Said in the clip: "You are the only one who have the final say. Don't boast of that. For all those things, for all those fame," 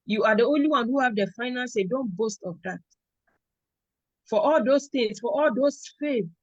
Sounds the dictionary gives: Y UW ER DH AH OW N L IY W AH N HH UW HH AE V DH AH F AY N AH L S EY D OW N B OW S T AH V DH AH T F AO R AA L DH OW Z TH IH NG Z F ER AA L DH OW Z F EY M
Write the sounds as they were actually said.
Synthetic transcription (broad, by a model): Y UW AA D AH OW N L IY W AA N HH UW HH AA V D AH F AY N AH N S EY D OW N B OW S T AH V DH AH T F AO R AA L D OW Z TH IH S F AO AA L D OW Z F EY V